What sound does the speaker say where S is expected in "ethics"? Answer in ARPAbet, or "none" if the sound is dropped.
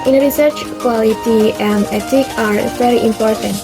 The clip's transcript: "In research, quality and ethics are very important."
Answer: none